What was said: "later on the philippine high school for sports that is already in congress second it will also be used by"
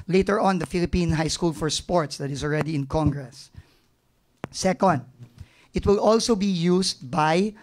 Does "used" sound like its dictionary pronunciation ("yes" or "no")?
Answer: no